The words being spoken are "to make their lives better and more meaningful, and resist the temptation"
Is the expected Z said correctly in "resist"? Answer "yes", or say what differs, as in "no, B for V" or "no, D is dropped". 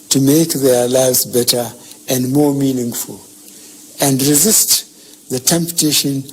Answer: yes